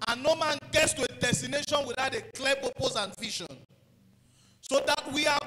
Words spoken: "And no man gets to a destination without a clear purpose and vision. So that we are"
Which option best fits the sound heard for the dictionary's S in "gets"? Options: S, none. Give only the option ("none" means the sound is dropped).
S